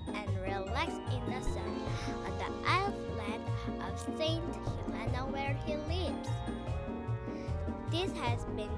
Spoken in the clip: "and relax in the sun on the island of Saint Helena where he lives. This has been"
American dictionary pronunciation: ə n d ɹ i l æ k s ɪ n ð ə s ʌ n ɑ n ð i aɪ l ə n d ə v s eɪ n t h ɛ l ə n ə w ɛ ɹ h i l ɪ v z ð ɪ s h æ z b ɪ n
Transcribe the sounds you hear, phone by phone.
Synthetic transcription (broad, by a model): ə n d ɹ i l æ k s ɪ n ð ə s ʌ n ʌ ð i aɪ l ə d ə v s eɪ n t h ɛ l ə n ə w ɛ ɹ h i l ɪ v z ð ɪ s h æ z b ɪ n